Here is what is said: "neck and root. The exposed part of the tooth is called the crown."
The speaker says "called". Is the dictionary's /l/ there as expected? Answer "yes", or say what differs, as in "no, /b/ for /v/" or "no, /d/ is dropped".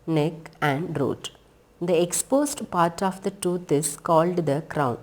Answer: yes